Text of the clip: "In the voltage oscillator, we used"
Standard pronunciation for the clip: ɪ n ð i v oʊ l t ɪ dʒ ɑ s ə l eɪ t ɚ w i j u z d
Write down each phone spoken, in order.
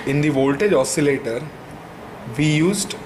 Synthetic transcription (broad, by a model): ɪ n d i v oʊ l t ɪ dʒ ɑ s ə l eɪ t ɚ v i j u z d